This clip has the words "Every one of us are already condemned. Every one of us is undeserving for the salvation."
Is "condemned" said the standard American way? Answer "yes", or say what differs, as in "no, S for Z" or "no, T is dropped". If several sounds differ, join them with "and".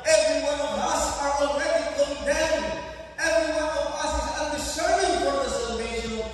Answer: no, M is dropped